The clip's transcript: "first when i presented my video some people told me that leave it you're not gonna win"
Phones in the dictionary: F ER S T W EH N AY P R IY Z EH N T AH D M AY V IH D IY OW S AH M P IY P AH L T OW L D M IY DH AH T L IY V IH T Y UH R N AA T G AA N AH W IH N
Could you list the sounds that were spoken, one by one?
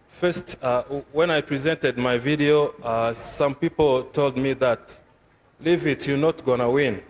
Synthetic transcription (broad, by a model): F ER S T W EH N AY P R IY Z EH N T AH D M AY V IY D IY OW S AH M P IY P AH L T OW L D M IY DH AH T L IY V IH T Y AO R N AA T G AA N AH W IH N